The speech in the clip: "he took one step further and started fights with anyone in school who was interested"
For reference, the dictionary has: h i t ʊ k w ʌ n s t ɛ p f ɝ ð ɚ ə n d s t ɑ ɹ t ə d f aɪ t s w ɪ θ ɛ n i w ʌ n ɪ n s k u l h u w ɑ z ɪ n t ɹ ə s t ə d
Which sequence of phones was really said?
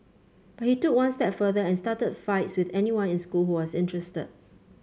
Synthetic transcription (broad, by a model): h i t ʊ k w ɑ n s t ɛ p f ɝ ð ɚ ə n s t ɑ t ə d f aɪ t s w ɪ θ ɛ n i w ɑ n ɪ n s k u l h u w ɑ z ɪ n t ɹ ə s t ə d